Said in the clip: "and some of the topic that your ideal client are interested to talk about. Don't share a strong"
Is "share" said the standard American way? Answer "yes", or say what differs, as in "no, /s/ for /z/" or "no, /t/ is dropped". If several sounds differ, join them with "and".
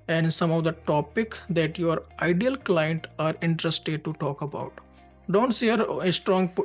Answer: no, /s/ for /ʃ/